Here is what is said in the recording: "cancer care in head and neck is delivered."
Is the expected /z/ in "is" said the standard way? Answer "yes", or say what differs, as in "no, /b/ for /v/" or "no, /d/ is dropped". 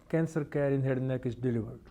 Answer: no, /s/ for /z/